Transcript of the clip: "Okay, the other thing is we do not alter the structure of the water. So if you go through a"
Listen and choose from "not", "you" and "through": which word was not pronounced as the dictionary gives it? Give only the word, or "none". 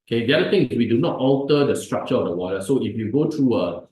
through